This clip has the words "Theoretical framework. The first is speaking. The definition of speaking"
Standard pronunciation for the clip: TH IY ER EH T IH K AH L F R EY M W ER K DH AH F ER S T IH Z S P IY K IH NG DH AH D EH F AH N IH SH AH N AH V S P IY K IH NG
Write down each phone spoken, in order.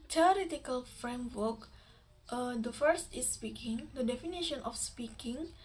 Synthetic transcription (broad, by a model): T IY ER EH T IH K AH L F R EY M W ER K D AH F ER S T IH S P IY K IH NG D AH D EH F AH N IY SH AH N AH F S P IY K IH NG